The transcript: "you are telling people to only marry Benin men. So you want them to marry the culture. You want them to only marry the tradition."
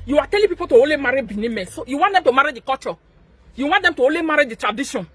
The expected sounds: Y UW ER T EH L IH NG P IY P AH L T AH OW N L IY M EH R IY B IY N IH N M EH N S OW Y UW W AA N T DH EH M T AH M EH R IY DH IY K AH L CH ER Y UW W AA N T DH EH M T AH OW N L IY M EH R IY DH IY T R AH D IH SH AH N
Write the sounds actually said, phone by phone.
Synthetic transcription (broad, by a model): Y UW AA T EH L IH P IY P AH L T AH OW L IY M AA R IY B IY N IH M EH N S OW Y UW W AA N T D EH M T AH M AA R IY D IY K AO CH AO Y UW W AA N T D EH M T AH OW L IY M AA R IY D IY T R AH D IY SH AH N